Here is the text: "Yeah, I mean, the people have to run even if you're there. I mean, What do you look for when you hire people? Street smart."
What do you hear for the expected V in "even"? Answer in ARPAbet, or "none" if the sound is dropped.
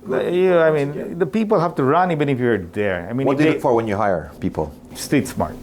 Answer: B